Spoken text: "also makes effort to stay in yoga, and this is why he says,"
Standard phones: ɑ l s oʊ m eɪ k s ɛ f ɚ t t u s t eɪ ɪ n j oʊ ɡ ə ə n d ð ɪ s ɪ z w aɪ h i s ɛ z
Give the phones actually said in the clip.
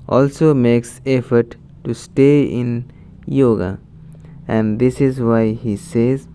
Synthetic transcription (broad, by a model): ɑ l s oʊ m eɪ k s ɛ f ɚ t t u s t eɪ ɪ n j oʊ ɡ ə ə n d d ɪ s ɪ z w aɪ h i s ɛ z